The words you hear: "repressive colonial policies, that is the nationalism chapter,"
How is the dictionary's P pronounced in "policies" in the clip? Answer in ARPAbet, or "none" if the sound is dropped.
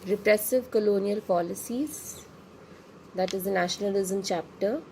P